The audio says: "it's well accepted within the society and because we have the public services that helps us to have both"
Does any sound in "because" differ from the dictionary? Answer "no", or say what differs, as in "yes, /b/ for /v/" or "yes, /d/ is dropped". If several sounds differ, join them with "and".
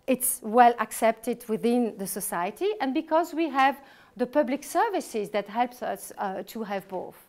no